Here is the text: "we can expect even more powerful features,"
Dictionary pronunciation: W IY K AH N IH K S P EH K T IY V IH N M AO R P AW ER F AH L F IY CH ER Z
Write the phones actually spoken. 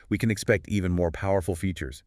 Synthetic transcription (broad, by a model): W IY K AH N IH K S P EH K T IY V IH N M AO R P AW ER F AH L F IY CH ER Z